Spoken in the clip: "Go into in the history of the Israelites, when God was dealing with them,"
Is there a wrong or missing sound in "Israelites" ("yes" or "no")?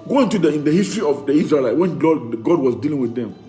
yes